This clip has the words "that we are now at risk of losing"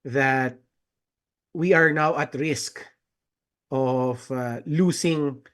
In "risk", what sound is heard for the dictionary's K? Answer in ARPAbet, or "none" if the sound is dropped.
K